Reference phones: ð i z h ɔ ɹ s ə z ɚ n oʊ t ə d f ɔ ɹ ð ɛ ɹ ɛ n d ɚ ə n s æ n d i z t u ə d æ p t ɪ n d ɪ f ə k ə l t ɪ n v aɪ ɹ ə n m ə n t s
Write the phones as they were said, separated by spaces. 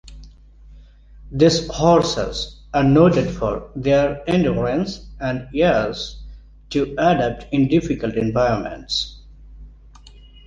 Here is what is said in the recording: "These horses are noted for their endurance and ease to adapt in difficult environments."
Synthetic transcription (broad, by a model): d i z h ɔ ɹ s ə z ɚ n oʊ t ə d f ɔ ɹ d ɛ ɹ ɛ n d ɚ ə n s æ n d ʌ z t u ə d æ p t ɪ n d ɪ f ə k ə l t ɪ n v aɪ ɹ ə n m ə n t s